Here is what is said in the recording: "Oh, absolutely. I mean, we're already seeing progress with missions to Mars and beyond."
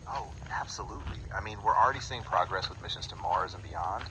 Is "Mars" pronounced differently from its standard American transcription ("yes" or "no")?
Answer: no